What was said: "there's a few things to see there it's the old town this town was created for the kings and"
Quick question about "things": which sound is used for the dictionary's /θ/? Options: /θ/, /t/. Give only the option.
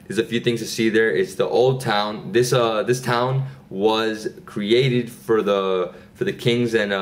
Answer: /θ/